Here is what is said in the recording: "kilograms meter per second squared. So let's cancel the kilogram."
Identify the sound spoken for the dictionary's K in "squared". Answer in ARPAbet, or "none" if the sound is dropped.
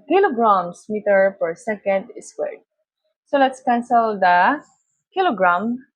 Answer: none